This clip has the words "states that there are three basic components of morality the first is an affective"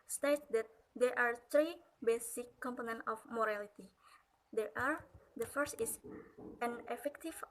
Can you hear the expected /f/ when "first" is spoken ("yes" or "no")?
yes